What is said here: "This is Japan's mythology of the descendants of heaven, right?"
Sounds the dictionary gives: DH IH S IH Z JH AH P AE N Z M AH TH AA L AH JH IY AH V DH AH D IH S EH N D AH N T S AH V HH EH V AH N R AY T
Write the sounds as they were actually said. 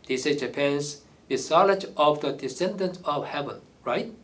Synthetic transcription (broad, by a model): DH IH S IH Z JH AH P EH N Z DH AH S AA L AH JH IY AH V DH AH D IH S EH N D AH N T AH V HH EH V AH N R AY T